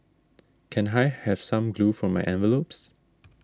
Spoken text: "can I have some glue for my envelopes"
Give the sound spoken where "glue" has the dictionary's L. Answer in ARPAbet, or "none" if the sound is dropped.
L